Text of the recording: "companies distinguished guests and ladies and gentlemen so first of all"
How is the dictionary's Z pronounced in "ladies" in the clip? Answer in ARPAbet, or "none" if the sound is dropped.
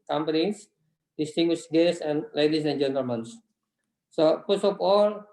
S